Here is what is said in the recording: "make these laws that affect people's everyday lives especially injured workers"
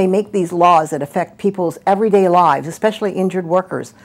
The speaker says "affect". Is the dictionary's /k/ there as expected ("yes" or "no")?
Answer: yes